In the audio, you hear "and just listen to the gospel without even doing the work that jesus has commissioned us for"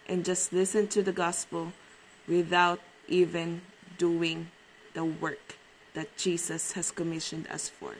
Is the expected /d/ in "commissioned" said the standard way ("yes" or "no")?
yes